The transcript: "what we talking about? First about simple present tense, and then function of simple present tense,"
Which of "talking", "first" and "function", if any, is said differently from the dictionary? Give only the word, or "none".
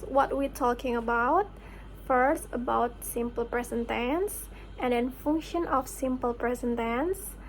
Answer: none